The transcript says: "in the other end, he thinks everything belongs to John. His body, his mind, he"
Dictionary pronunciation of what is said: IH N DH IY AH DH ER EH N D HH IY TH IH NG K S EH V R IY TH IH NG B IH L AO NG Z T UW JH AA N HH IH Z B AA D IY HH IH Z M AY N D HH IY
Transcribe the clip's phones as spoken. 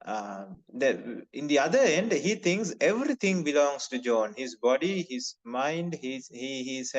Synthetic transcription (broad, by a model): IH N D IY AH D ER EH N D HH IY T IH NG K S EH V R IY T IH NG B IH L AO NG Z T UW JH AA N HH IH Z B AA D IY HH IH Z M AY N D HH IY